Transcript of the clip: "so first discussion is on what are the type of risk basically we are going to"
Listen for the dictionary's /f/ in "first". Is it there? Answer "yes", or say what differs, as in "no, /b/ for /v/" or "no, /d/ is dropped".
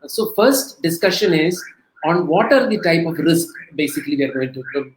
yes